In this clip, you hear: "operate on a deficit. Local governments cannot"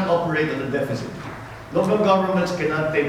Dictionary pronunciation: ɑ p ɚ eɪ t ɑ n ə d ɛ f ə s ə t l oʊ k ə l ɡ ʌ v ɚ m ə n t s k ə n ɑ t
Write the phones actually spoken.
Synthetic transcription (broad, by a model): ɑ p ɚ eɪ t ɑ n ə d ɛ f ə s ə t l oʊ k ə l ɡ ʌ v ɚ m ə n t s k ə n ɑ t